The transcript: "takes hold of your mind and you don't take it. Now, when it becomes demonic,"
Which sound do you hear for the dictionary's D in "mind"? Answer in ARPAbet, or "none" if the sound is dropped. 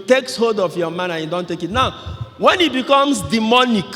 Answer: none